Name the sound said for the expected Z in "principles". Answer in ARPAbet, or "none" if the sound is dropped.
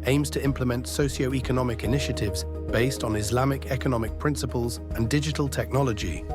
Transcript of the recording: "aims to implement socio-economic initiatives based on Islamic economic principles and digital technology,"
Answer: Z